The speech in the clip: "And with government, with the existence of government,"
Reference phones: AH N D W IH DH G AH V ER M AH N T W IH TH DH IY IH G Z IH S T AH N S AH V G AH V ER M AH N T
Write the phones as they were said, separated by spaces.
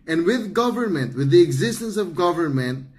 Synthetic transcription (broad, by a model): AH N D W IH DH G AH V ER M AH N T W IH DH IY IH G Z IH S T AH N S AH V G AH V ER M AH N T